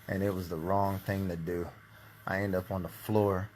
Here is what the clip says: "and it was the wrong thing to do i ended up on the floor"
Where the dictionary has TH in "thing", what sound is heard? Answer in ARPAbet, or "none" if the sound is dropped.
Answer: TH